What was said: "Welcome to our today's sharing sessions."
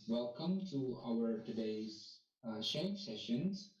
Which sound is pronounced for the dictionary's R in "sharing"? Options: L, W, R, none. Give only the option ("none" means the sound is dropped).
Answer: none